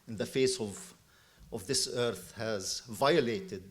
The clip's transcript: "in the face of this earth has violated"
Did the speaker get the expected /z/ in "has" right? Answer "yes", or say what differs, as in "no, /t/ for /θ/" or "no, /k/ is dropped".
yes